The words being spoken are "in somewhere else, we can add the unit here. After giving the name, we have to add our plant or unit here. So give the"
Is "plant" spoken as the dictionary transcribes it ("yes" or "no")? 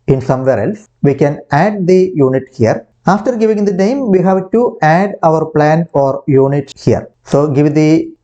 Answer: no